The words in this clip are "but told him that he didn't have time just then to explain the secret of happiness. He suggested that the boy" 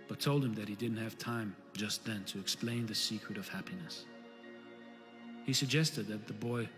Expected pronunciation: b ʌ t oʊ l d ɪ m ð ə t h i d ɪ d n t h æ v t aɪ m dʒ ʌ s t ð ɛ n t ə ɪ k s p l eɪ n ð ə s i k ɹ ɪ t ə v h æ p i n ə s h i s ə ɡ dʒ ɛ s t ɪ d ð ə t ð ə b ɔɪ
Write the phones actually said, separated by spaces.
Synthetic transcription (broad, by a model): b ʌ t oʊ l d ɪ m ð ə t h i d ɪ d n t h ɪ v t aɪ m dʒ ʌ s t ð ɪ n t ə ɪ k s p l eɪ n ð ə s i k ɹ ɪ t ə v h æ p i n ə s h i s ə ɡ dʒ ɛ s t ɪ d ð ə t ð ə b ɔɪ